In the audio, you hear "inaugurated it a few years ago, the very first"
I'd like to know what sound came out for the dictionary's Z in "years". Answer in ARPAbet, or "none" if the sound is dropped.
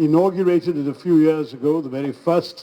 Z